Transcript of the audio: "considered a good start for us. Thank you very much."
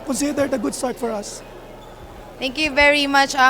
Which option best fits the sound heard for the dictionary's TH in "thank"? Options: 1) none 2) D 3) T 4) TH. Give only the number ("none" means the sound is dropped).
3